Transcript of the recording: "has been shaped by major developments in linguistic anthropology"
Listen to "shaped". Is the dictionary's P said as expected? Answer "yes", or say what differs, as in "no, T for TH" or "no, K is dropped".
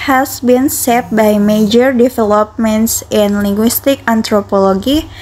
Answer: no, P is dropped